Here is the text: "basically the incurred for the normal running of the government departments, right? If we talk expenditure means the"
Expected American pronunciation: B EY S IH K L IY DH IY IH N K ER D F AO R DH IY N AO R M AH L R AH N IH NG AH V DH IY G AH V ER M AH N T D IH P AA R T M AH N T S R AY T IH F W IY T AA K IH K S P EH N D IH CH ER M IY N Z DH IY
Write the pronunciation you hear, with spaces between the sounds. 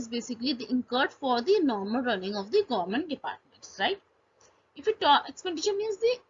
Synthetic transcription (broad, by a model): B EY S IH K L IY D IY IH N K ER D F AO R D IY N AO R M AH L R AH N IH NG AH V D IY G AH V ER M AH N T D IH P AA R T M AH N T S R AY T IH F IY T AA IH K S P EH N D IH SH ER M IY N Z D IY